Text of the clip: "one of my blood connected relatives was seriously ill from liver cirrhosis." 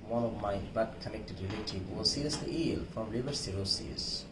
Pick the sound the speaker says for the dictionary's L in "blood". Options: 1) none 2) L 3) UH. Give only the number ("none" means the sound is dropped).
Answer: 1